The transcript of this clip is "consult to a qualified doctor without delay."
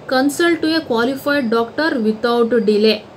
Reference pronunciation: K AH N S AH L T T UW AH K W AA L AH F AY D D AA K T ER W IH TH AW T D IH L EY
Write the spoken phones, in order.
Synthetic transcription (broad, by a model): K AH N S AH L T T UW AH K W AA L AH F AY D D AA K T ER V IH T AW T D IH L EY